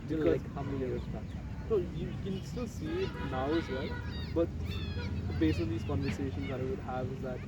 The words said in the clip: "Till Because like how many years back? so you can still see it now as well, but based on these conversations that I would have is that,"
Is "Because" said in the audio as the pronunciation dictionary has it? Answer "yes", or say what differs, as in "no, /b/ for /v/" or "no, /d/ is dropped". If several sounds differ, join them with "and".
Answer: no, /k/ is dropped